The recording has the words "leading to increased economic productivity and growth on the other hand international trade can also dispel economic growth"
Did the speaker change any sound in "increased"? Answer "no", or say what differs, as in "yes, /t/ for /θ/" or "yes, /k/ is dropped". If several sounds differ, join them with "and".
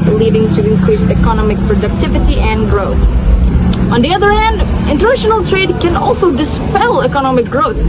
yes, /t/ is dropped